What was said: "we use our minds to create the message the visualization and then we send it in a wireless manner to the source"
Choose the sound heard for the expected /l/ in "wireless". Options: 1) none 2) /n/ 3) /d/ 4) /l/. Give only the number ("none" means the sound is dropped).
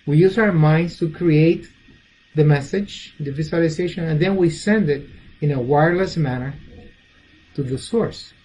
4